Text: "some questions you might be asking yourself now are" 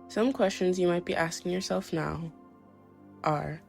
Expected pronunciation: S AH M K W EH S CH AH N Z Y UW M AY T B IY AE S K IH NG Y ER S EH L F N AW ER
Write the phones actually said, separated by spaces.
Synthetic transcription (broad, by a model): S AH M K W EH S CH AH N Z Y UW M AY T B IY AE S K IH NG Y ER S EH L F N AW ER